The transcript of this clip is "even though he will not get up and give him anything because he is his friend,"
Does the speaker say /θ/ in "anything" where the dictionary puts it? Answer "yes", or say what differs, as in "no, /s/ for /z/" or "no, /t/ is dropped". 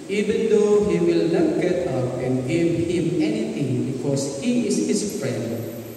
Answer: no, /t/ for /θ/